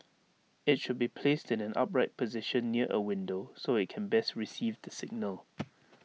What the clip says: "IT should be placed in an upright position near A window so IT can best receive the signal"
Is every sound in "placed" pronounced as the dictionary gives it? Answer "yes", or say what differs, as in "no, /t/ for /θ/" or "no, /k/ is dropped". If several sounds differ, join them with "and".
yes